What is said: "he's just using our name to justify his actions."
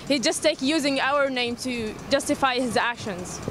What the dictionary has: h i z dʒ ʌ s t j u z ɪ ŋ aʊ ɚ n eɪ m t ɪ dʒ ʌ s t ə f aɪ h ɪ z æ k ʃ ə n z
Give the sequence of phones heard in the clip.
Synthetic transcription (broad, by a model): h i dʒ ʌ s t j u z ɪ ŋ aʊ ɚ n eɪ m t ɪ dʒ ʌ s t ə f aɪ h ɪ z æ k ʃ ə n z